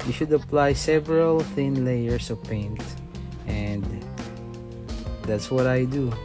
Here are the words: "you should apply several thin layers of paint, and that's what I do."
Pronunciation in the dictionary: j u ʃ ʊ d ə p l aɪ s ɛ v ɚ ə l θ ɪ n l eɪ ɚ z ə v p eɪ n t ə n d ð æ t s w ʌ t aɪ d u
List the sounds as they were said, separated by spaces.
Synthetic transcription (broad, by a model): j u ʃ ʊ d ə p l aɪ s ɛ v ɚ ə l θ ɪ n l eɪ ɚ s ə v p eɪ n t ə n d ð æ t s w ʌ t aɪ d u